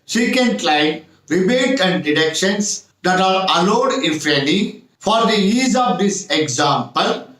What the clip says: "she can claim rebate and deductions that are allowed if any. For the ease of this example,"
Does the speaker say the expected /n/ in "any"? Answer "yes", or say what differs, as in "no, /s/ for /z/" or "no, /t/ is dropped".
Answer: no, /l/ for /n/